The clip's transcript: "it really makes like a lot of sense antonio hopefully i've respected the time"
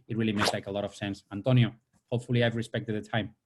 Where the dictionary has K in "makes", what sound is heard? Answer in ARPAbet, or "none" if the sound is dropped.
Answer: none